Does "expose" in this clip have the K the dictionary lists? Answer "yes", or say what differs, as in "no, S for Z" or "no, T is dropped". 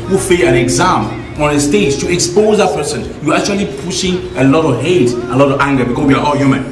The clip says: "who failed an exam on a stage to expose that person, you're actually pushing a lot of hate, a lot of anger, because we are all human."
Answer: yes